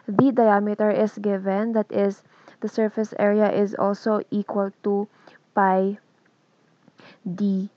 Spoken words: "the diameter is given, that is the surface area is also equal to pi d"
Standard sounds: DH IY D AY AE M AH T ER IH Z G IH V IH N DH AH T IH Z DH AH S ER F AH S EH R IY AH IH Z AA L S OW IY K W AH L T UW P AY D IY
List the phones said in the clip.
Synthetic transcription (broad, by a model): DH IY D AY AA M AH T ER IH S G IH V IH N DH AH T IH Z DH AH S ER F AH S EH R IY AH IH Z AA L S OW IY K W AH L T UW P AY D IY